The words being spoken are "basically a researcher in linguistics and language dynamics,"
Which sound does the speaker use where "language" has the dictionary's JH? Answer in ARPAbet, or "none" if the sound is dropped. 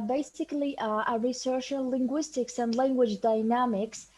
JH